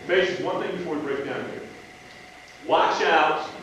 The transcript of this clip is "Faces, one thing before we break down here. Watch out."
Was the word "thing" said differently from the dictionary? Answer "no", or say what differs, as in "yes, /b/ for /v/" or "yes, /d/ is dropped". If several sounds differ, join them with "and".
no